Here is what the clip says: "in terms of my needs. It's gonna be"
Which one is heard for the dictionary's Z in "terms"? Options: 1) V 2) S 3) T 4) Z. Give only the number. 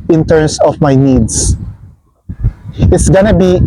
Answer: 2